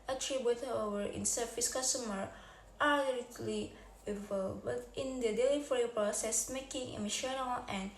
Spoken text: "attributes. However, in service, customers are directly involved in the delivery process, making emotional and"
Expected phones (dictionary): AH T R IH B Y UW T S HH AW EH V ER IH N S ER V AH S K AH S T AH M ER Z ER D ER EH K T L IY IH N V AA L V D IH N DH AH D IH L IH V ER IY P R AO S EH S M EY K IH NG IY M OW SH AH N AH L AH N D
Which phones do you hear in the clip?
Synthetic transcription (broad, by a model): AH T R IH B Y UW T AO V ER IH N S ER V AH S K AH S T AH M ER AA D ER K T L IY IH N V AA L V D IH N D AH D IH L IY F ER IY P R AO S EH S M EY K IH NG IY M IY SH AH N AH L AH N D